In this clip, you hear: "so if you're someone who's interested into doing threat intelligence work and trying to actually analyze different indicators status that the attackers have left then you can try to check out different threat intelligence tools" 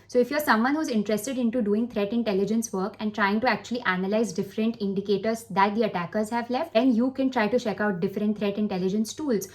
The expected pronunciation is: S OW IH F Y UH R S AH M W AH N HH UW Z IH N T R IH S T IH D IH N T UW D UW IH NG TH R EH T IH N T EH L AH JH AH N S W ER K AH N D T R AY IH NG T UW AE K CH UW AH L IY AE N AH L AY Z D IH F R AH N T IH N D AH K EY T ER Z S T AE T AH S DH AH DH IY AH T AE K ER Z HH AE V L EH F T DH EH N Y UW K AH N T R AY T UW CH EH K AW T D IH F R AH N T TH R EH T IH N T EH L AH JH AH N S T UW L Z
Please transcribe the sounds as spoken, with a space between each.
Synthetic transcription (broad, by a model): S OW IH F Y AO R S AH M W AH N HH UW Z IH N T R IH S T IH D IH N T UW D UW IH NG T R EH T IH N T EH L AH JH AH N S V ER K AH N D T R AY IH NG T UW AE K CH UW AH L IY AE N AH L AY Z D IH F R AH N T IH N D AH K EY T ER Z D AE T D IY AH T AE K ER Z HH AE V L EH F T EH N Y UW K AH N T R AY T UW CH EH K AW T D IH F R AH N T T R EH T IH N T EH L AH JH AH N S T UW L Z